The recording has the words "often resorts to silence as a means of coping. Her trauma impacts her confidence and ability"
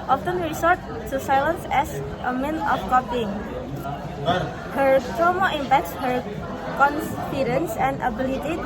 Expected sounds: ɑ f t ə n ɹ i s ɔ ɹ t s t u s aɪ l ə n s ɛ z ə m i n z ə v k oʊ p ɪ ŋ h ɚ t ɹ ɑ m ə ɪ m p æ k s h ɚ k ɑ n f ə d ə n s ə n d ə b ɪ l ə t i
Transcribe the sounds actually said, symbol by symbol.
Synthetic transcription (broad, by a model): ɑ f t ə n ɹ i s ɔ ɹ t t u s aɪ l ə n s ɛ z ə m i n ə f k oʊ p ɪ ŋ h ɚ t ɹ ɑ m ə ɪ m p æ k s h ɚ k ɑ n f ə d ə n s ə n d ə b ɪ l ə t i